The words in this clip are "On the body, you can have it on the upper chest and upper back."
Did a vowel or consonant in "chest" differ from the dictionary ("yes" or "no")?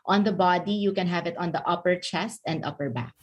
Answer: no